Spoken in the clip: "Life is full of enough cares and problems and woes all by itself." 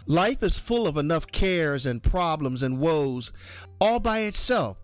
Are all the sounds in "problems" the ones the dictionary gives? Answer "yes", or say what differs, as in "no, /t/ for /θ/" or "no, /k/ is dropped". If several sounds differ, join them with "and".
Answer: yes